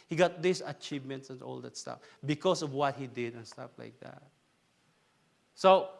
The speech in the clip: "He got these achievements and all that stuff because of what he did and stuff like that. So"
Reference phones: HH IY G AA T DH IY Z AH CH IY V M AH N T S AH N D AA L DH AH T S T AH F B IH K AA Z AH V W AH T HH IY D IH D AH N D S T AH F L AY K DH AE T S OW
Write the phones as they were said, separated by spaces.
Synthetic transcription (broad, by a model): HH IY G AA T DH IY S AH CH IY V M AH N T S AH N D AA L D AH T S T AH F B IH K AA S AH V W AH T HH IY D IH D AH N S T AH F L AY K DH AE T S OW